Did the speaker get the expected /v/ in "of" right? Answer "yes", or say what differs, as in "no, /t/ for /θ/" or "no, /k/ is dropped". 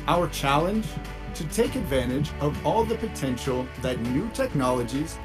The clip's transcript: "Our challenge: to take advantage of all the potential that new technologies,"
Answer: yes